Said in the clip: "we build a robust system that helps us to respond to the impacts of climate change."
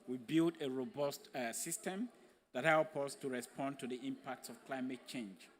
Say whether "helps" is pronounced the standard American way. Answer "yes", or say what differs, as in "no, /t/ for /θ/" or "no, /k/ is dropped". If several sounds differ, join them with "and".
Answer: no, /s/ is dropped